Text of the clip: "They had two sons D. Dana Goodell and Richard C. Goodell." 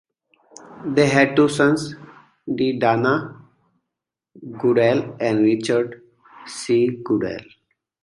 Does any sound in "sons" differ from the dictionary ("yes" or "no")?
yes